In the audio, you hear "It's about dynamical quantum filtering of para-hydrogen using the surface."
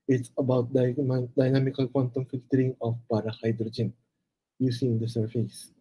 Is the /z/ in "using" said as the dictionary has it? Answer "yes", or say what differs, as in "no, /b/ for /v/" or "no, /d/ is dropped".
no, /s/ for /z/